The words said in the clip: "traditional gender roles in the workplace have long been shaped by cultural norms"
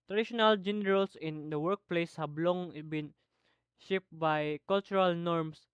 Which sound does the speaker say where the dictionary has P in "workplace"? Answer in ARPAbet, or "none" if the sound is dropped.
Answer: P